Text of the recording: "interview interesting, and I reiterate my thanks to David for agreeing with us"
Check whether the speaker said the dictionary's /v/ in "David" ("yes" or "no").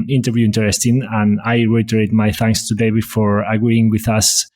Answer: no